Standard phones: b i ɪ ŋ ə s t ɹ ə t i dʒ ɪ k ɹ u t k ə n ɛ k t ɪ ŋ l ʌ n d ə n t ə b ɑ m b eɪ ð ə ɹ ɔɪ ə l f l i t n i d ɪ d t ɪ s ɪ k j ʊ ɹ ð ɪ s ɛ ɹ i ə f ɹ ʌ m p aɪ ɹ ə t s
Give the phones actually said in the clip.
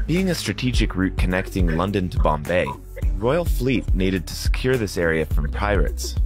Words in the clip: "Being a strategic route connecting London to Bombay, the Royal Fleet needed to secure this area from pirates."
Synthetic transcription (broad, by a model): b i ɪ ŋ ə s t ɹ ə t i dʒ ɪ k ɹ u t k ə n ɛ k t ɪ ŋ l ʌ n d ə n t ə b ɑ m b eɪ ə ɹ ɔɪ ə l f l i t n i d ɪ d t ɪ s ɪ k j ʊ ɹ ð ɪ s ɛ ɹ i ə f ɹ ʌ m p aɪ ɹ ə t s